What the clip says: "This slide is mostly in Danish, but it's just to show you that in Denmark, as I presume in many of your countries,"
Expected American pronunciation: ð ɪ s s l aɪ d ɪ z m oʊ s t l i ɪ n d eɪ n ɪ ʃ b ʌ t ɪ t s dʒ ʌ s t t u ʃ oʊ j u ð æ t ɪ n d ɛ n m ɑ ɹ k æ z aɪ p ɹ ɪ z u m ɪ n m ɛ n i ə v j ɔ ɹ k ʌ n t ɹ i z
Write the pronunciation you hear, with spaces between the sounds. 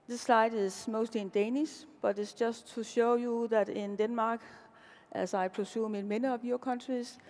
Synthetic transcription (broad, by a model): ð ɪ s s l aɪ d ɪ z m oʊ s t l i ɪ n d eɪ n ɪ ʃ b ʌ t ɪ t s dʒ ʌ s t t u ʃ oʊ j u ð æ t ɪ n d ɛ n m ɑ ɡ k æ s aɪ p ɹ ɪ s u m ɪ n m ɛ n i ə b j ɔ k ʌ n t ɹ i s